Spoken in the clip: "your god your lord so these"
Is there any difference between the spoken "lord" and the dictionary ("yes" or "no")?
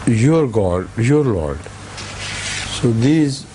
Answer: no